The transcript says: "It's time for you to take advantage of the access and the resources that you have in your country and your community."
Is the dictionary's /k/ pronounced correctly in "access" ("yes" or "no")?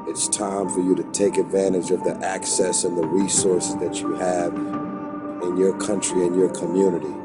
yes